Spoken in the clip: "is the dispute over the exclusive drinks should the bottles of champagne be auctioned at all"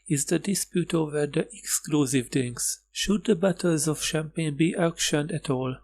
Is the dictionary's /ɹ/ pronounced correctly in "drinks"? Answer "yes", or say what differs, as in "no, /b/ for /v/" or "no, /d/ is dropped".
no, /ɹ/ is dropped